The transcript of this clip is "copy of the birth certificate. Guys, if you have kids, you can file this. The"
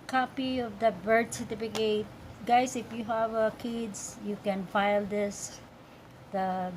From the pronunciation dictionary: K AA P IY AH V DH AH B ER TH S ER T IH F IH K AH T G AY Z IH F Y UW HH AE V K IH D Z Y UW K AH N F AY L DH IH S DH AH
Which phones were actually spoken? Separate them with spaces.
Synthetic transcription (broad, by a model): K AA P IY AH V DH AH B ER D S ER T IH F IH K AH T G AY S IH F Y UW HH AE V K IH D S Y UW K AH N F AY L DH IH S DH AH